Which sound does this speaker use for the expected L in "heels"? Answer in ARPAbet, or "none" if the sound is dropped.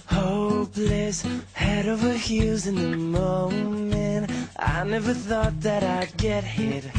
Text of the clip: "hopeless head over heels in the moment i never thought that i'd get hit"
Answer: none